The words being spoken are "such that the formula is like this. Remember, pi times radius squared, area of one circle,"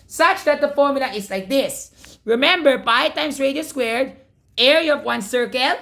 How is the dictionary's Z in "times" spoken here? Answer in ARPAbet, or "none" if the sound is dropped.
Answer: S